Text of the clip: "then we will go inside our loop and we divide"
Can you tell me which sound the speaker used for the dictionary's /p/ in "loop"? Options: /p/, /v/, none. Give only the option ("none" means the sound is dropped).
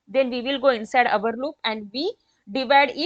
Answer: /p/